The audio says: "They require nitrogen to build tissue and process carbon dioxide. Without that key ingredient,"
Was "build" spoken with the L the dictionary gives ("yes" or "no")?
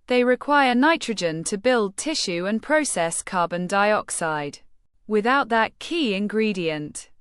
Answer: yes